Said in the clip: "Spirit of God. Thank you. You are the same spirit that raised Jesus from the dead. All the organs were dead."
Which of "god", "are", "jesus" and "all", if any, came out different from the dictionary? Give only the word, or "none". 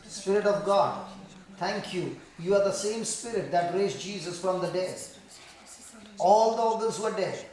none